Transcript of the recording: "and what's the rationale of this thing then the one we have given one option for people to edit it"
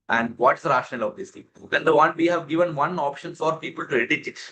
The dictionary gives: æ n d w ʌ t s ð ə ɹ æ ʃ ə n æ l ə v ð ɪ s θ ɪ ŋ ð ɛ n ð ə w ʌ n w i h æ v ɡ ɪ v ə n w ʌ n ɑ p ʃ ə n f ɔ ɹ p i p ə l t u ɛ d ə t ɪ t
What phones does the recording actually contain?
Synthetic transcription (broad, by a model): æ n d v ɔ t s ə ɹ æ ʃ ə n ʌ l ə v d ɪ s t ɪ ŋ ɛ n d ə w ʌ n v i h æ v ɡ ɪ v ə n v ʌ n ɑ p ʃ ə n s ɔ ɹ p i p ə l t u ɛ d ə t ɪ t